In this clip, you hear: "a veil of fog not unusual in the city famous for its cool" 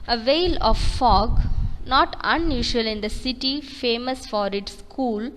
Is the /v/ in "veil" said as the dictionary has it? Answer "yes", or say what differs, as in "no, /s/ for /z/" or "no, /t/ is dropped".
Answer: yes